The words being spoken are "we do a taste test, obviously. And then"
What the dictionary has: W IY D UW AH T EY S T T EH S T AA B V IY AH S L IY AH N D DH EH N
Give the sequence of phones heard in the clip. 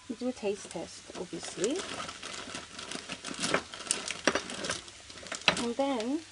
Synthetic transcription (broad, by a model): D UW AH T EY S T T EH S T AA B IY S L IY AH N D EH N